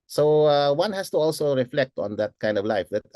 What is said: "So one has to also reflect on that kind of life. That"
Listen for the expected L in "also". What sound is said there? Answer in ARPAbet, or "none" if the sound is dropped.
L